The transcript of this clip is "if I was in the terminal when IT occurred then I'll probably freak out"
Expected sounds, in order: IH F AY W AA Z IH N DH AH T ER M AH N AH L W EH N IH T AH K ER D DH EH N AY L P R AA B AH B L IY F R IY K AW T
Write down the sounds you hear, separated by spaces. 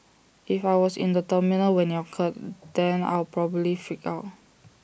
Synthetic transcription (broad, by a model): IH F AY W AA S IH N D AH T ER M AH N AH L W EH N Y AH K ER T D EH N AY L P R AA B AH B L IY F IY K AW T